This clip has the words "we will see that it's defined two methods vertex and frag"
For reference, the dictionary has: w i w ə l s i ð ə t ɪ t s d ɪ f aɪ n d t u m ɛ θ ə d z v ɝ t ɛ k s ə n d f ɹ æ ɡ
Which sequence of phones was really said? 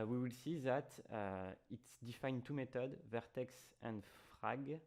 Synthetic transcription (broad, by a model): w i w ə l s i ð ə t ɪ t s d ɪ f aɪ n t u m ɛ t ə d v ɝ t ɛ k s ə n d f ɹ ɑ ɡ